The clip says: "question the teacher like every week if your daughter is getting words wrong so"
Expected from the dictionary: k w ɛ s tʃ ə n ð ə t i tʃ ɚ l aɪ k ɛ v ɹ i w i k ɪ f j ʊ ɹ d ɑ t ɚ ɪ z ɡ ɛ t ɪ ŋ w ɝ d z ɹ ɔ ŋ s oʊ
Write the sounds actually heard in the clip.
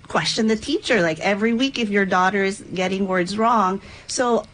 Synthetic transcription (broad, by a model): k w ɛ s tʃ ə n ð ə t i tʃ ɚ l aɪ k ɛ v ɹ i w i k ɪ f j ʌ ɹ d ɑ t ɚ ɪ z ɡ ɛ t ɪ ŋ w ɝ d z ɹ ɔ ŋ s oʊ